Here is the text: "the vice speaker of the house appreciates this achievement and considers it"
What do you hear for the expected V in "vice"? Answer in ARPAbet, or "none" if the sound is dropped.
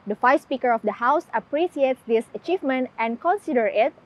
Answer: F